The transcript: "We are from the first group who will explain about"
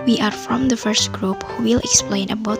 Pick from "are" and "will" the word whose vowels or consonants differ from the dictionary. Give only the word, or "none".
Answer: none